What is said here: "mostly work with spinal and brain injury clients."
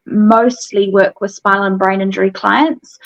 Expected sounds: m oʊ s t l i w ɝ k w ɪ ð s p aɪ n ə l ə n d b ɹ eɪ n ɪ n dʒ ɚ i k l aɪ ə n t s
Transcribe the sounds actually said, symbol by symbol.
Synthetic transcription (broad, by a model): m oʊ s t l i w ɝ k w ɪ ð s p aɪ ə l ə n b ɹ eɪ n ɪ n dʒ ɚ i k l aɪ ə n t s